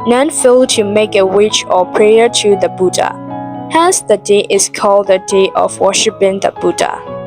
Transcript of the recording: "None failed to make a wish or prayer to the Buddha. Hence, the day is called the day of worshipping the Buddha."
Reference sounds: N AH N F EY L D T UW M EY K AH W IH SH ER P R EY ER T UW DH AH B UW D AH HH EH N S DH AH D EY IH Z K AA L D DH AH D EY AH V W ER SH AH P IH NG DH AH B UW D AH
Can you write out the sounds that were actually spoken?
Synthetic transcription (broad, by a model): N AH N F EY L T UW M EY K AH W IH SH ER P R EY ER T UW DH AH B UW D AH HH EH S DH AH D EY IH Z K AA L D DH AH D EY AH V W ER SH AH P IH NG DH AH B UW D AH